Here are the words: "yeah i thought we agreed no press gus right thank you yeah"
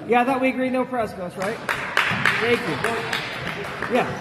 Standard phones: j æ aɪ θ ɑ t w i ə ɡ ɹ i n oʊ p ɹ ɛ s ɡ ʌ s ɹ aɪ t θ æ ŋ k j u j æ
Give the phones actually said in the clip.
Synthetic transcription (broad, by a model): j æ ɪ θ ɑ t w i ə ɡ ɹ i n oʊ f ɹ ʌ s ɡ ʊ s ɹ aɪ t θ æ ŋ k j u j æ